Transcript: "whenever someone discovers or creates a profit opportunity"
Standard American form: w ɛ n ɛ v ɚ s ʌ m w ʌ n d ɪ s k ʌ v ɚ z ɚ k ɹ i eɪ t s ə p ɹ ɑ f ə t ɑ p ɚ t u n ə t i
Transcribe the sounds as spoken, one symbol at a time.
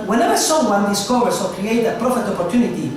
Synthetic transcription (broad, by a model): w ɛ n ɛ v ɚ s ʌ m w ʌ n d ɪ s k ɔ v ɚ s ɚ k ɹ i eɪ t ə p ɹ ɑ f ə t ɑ p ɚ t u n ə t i